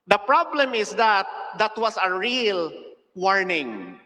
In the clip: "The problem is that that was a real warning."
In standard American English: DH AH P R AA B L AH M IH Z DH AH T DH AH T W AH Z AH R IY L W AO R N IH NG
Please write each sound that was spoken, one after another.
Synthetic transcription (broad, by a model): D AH P R AA B L AH M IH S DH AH T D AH T W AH S AH R IY L W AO R N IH NG